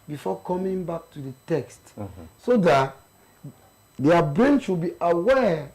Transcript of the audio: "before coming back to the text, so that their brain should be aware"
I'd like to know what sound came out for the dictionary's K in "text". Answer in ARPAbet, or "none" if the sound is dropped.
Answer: K